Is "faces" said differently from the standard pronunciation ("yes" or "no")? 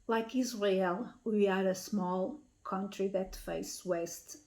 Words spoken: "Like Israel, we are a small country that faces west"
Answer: yes